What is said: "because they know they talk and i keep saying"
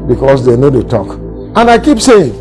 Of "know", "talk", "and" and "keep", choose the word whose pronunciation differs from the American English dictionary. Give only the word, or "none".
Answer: none